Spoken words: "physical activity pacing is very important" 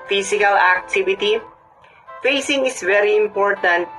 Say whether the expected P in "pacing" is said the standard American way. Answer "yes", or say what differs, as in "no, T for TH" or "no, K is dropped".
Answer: no, F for P